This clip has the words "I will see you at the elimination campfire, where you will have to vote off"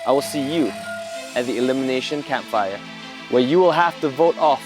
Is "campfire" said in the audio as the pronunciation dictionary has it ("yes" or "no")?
yes